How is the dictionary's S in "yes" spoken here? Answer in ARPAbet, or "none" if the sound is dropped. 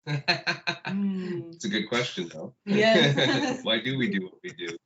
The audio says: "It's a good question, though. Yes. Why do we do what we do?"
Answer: none